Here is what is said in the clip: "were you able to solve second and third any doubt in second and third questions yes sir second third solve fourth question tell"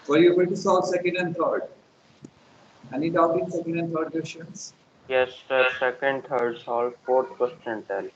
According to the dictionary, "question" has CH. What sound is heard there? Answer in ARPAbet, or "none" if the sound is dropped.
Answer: S